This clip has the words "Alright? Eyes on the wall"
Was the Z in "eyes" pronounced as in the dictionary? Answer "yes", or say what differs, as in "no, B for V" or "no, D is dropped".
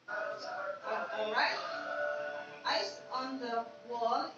no, S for Z